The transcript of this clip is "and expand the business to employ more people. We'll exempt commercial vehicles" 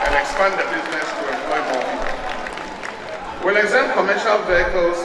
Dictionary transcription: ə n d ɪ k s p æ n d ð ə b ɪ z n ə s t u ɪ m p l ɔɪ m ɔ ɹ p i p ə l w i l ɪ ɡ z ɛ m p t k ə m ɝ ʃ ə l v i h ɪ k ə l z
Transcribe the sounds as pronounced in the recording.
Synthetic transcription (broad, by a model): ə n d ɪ k s p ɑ n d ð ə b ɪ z n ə s t u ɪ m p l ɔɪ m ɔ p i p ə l w i l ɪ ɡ z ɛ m k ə m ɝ ʃ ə l v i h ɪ k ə l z